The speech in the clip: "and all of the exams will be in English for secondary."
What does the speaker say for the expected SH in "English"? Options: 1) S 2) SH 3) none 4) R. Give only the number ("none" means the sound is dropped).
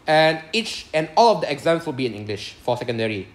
2